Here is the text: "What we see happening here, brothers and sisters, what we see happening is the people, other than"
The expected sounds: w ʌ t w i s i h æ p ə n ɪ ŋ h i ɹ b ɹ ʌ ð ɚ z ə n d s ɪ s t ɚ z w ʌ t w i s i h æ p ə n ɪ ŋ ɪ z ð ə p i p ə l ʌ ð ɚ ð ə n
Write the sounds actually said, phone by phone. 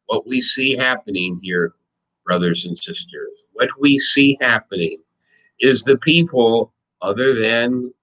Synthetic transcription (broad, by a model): w ʌ t w i s i h æ p ə n ɪ ŋ h i ɹ b ɹ ʌ ð ɚ z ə n s ɪ s t ɚ z w ʌ t w i s i h æ p ə n ɪ ŋ ɪ z ð ə p i p l ʌ ð ɚ ð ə n